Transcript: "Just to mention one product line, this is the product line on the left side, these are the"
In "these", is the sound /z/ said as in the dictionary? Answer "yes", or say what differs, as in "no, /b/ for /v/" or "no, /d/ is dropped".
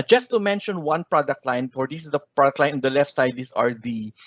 no, /s/ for /z/